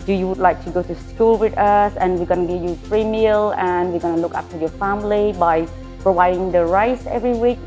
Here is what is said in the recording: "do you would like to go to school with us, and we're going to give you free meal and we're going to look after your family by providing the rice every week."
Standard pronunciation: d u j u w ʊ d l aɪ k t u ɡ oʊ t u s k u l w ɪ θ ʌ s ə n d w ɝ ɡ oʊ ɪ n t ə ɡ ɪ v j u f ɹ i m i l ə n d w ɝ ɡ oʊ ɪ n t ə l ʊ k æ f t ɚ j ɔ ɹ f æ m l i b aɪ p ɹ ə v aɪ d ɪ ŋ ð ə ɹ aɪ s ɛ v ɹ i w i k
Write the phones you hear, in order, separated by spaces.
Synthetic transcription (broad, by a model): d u j u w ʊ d l aɪ k t u ɡ oʊ t u s k u l w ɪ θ ʌ s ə n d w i ɡ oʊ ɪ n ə ɡ ɪ v j u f ɹ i m i l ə n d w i ɡ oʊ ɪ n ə l ʊ k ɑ p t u j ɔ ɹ f æ m l i b aɪ p ɹ ə v aɪ d ɪ ŋ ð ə ɹ aɪ s ɛ v ɹ i w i k